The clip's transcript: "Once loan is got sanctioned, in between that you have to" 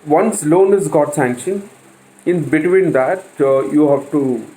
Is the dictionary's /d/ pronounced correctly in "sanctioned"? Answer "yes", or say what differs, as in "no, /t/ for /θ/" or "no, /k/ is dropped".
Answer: no, /d/ is dropped